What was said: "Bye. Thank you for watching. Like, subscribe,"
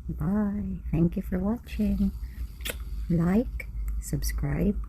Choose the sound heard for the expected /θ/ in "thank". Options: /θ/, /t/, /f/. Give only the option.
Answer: /θ/